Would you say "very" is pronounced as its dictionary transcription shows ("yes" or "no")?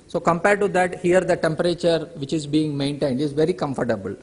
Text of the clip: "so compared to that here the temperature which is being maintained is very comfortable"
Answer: yes